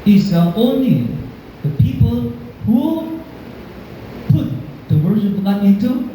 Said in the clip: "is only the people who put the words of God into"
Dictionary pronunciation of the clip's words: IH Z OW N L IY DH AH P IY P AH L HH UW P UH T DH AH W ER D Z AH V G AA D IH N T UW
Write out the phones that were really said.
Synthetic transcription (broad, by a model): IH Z OW N L IY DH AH P IY P AH L HH UW P UH T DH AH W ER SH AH P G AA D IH N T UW